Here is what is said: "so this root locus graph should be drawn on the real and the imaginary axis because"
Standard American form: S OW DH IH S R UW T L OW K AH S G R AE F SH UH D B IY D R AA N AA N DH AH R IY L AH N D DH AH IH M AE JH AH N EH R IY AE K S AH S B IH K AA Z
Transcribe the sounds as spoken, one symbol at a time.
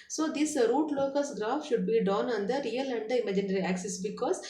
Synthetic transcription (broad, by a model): S OW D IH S R UW T L OW K AH S G R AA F SH UH D B IY D AA N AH N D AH R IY L AH N D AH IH M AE JH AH N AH R IY AE K S AH S B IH K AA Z